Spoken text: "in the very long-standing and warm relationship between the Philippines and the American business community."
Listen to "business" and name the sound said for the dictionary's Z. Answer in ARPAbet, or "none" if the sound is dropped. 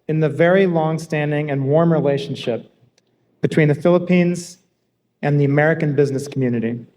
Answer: Z